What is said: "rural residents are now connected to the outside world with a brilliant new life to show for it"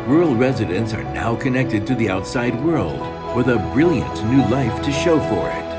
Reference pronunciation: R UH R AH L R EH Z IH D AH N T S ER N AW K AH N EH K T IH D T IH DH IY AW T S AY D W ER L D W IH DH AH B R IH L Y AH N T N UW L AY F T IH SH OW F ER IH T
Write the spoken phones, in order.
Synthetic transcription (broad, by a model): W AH R L R EH Z IH D AH N T S ER N AW K AH N EH K T IH D T IH DH IY AW T S AY D W ER L D W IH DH AH B R IH L Y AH N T N UW L AY F T IH SH OW F ER IH T